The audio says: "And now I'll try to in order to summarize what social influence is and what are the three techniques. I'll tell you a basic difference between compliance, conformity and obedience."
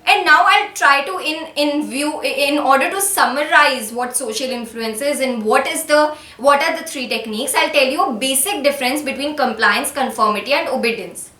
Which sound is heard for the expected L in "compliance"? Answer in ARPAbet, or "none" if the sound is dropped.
L